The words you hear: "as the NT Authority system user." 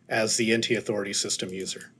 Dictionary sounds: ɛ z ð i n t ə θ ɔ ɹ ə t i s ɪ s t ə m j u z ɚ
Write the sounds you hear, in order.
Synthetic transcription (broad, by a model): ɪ z ð i n t ə θ ɔ ɹ ə t i s ɪ s t ə m j u z ɚ